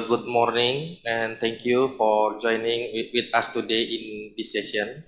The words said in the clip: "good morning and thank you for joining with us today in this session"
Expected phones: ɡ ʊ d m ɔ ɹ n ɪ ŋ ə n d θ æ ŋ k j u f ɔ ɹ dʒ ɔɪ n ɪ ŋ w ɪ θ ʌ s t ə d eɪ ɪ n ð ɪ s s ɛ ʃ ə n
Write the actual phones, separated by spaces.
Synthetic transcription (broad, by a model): ɡ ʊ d m ɔ ɹ n ɪ ŋ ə n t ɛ ŋ k j u f ɔ ɹ dʒ ɔɪ n ɪ ŋ w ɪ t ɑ s t ə d eɪ ɪ n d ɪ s s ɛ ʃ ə n